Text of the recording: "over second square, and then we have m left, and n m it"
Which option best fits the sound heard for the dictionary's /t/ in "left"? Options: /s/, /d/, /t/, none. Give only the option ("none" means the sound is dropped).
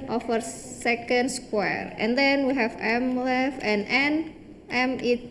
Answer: none